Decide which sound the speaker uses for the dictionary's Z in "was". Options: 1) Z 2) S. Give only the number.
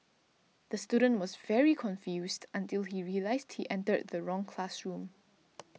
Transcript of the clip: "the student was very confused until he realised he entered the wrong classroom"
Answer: 1